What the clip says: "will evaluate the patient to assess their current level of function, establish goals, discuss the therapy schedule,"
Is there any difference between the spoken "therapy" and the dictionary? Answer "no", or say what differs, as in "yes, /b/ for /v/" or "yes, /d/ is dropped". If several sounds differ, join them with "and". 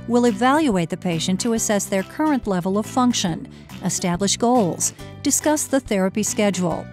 no